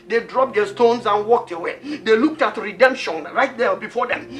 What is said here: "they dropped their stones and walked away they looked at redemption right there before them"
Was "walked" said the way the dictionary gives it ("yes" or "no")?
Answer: yes